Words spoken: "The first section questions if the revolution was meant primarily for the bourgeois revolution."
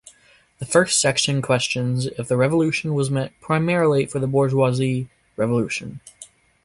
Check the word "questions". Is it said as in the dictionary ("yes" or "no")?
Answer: yes